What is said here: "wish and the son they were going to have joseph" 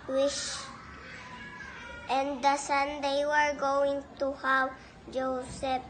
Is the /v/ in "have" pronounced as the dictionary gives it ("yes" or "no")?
no